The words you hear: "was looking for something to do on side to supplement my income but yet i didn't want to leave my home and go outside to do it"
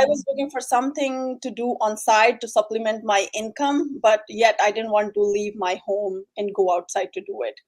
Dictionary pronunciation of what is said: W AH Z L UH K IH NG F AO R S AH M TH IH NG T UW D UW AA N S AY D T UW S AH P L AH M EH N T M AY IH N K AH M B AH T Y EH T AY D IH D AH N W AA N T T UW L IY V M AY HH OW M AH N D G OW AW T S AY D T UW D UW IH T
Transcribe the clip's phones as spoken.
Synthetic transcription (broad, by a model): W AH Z L UH K IH NG F AO R S AH M T IH NG T UW D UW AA N S AY D T UW S AH P L AH M EH N T M AY IH N K AH M B AH T Y EH T AY D IH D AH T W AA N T T UW L IY V M AY HH OW M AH N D G OW AW T S AY D T UW D UW IH T